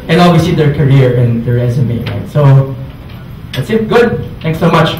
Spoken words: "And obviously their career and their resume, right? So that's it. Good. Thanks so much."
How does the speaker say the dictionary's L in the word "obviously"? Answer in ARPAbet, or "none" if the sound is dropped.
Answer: none